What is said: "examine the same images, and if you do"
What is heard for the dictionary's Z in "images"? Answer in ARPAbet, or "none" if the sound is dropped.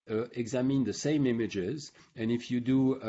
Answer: Z